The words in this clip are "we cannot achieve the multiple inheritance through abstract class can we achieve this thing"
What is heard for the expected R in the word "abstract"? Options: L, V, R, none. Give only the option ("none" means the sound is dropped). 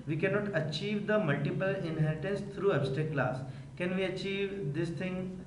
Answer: none